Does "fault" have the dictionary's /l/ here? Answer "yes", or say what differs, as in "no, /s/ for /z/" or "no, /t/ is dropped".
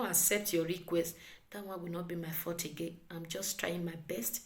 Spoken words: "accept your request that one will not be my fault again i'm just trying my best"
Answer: no, /l/ is dropped